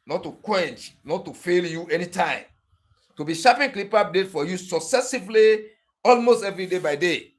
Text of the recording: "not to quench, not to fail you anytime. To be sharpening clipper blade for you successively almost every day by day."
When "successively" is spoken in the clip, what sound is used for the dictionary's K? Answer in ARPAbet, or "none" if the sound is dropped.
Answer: K